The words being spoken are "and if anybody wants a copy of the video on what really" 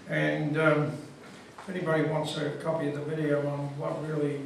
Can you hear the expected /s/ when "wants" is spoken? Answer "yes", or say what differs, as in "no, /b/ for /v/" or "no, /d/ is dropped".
yes